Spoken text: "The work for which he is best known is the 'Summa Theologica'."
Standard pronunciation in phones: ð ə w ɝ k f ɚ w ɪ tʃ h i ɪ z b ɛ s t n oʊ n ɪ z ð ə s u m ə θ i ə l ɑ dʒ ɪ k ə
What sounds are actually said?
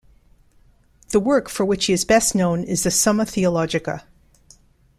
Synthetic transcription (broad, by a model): ð ə w ɝ k f ɚ w ɪ tʃ h i ɪ z b ɛ s t n oʊ n ɪ z ð ə s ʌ m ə θ i ə l ɑ dʒ ɪ k ə